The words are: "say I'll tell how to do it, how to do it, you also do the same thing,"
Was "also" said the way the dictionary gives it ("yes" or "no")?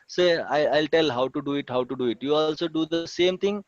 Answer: yes